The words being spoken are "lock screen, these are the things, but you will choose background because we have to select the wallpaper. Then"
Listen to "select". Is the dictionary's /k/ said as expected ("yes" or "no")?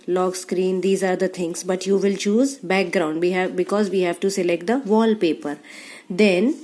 yes